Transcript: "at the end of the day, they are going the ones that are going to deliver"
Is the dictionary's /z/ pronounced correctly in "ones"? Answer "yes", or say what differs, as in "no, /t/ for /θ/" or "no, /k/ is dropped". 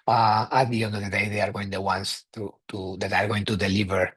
no, /s/ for /z/